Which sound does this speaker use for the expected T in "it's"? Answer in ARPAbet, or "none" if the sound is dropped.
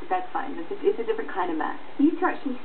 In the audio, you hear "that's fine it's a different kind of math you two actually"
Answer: S